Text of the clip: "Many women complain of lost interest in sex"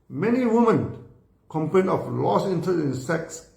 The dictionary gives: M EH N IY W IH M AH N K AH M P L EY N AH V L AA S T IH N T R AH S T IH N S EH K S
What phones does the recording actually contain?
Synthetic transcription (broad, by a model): M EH N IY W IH M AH N K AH M P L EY N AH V L AA S IH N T AH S IH N S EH K S